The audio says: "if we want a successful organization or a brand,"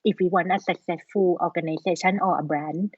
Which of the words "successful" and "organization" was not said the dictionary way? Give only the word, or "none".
organization